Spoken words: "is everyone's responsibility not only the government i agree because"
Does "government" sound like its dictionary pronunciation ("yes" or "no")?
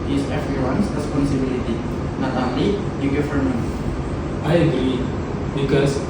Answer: no